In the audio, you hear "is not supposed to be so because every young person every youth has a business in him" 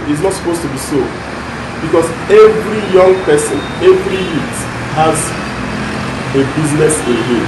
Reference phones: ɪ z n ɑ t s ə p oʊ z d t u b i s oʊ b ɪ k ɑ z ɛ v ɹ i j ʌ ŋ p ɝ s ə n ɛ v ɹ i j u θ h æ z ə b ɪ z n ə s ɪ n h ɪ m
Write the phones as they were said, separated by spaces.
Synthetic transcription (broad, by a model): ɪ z n ɑ t s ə p oʊ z t u b i s oʊ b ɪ k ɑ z ɛ v ɹ i j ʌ ŋ p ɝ s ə n ɛ v ɹ i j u t h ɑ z ə b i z n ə s ɪ n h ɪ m